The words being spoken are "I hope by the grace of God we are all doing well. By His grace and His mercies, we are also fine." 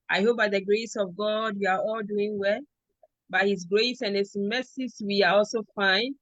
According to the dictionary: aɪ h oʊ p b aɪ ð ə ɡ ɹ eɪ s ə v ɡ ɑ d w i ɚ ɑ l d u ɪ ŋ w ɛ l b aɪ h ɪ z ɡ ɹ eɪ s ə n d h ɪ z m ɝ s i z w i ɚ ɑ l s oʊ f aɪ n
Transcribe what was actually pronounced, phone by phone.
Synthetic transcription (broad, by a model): aɪ h oʊ p b aɪ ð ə ɡ ɹ eɪ s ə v ɡ ɑ d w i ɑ ɑ l d u ɪ ŋ w ɛ l b aɪ h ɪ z ɡ ɹ eɪ s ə n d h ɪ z m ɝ s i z w i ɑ ɑ l s oʊ f aɪ n